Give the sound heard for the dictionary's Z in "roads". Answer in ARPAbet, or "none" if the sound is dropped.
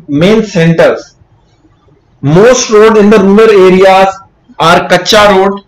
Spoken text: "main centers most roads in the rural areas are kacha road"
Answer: none